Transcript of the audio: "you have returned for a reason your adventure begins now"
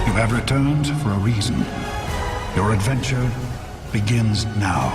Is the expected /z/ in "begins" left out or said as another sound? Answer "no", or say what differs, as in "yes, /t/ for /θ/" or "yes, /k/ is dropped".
no